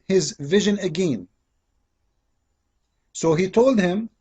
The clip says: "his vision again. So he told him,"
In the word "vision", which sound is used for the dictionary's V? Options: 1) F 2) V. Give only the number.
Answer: 2